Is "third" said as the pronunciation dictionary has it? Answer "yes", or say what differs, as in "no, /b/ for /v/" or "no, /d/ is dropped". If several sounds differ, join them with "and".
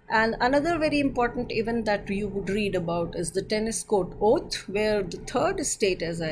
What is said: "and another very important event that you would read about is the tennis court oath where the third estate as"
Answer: no, /t/ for /θ/